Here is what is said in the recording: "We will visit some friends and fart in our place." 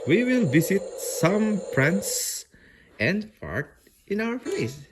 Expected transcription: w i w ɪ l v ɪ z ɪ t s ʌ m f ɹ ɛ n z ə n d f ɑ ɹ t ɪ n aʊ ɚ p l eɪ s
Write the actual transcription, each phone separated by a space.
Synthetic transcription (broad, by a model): w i w ɪ l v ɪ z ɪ t s ʌ m p ɹ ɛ n s ə n d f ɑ ɹ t ɪ n aʊ ɚ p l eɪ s